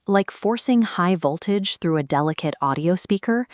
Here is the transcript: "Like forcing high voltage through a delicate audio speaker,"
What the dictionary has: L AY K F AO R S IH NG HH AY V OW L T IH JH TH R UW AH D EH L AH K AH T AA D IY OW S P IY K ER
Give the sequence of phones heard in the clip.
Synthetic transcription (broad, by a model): L AY K F AO R S IH NG HH AY V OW L T IH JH TH R UW AH D EH L AH K AH T AA D IY OW S P IY K ER